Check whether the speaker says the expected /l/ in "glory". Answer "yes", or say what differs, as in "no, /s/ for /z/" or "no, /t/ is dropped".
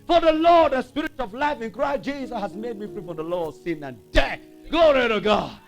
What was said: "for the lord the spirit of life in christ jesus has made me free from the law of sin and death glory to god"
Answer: no, /l/ is dropped